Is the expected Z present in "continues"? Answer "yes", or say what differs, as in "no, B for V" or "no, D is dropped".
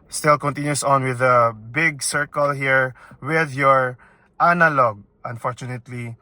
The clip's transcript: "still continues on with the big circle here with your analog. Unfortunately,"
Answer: no, S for Z